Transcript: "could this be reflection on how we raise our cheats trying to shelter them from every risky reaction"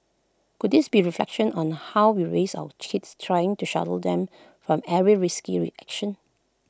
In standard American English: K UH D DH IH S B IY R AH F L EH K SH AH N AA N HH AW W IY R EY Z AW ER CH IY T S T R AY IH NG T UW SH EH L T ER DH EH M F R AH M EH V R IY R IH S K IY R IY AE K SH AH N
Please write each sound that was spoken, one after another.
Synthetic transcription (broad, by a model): K UH D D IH S B IY R AH F L EH K SH AH N AA N HH AW W IY R EY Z AW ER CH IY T S T R AY IH NG T UW SH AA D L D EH M F R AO M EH R IY R IH S K IY R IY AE K SH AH N